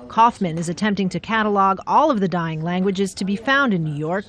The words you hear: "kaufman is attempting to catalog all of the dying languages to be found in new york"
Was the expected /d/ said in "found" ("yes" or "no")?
yes